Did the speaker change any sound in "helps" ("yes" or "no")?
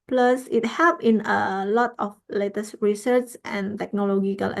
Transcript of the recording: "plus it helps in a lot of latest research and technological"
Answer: yes